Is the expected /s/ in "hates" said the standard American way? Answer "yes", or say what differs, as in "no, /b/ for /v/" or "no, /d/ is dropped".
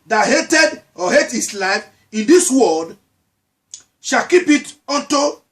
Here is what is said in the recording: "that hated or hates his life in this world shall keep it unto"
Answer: no, /s/ is dropped